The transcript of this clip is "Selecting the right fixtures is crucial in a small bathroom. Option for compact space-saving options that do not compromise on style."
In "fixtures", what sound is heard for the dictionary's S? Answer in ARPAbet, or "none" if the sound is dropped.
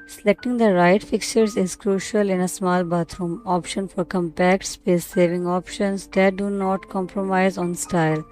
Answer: none